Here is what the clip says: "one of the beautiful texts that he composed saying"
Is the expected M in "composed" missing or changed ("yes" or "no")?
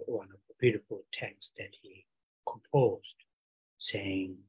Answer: no